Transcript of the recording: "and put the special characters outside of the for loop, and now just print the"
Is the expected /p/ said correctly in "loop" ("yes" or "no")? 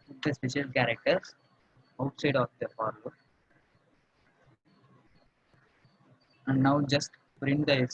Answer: no